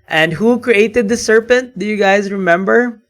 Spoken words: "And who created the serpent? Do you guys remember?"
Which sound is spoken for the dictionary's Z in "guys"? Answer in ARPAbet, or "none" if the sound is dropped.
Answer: Z